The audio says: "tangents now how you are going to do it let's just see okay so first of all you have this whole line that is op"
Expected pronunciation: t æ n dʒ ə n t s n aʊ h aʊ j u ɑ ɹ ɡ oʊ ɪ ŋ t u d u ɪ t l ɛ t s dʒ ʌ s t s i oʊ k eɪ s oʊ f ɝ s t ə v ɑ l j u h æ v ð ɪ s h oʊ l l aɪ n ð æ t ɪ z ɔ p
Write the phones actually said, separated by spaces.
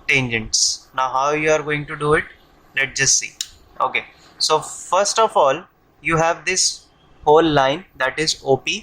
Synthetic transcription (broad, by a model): t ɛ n dʒ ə n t s n aʊ h aʊ j u ɑ ɹ ɡ oʊ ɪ ŋ t u d u ɪ t l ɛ t dʒ ʌ s t s i oʊ k eɪ s oʊ f ɝ s t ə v ɑ l j u h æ v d ɪ s h oʊ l l aɪ n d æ t ɪ z ɔ p